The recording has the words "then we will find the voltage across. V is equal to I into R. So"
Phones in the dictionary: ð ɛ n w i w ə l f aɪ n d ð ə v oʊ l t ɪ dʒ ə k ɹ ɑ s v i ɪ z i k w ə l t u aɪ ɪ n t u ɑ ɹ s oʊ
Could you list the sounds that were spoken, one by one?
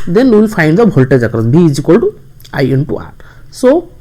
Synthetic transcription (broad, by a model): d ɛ n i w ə l f aɪ n d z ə b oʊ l t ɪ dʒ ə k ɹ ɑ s b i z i k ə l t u aɪ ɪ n t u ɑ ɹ s oʊ